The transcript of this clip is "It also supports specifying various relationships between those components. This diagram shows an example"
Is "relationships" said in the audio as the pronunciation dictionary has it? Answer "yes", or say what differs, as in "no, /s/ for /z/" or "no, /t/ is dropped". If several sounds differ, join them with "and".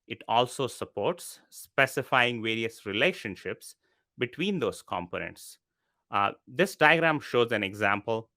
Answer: yes